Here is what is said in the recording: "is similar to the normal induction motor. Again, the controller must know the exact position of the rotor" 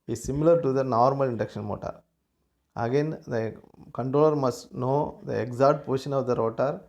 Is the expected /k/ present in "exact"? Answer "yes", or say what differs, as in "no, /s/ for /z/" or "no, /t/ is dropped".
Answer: no, /k/ is dropped